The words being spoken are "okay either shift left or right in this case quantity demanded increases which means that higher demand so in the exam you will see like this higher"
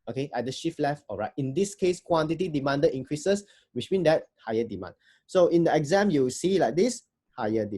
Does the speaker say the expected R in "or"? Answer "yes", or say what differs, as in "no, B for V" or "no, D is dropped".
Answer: no, L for R